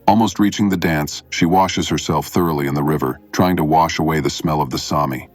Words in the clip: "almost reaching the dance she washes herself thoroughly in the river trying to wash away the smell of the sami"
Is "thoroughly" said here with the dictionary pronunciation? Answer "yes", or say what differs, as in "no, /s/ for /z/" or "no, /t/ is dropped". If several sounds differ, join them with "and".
yes